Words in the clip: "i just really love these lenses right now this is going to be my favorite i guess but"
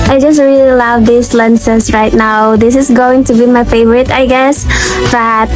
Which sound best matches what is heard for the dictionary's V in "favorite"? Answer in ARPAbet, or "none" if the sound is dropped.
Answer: V